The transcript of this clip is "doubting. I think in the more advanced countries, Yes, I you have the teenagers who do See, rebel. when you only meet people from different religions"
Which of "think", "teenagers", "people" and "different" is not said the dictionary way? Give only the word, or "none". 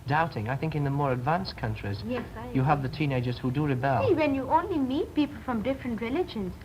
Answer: none